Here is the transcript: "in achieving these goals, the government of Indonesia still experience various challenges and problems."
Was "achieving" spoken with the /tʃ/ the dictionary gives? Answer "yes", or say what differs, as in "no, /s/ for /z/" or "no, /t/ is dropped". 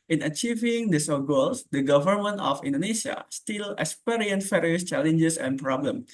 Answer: yes